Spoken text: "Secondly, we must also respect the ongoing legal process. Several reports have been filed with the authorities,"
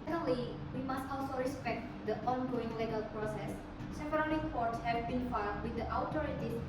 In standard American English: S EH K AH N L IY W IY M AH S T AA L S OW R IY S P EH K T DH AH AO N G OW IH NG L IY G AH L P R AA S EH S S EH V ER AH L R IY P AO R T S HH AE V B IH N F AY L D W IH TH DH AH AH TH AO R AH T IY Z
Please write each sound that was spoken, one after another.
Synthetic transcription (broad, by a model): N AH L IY W IY M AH S T AA L S OW R IY S P EH K T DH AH AO N G OW IH NG L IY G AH L P R AA S EH S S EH P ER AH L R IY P AO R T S HH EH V B IH N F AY W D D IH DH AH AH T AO R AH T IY